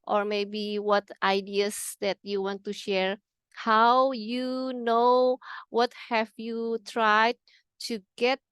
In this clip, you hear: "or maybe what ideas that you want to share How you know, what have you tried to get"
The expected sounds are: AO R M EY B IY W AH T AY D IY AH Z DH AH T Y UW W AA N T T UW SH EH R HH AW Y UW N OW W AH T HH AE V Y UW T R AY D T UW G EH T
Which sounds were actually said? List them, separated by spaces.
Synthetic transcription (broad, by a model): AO R M EY B IY W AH T AY D IY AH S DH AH T Y UW W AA N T T UW SH EH R HH AW Y UW N OW W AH T HH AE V Y UW T R AY D T UW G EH T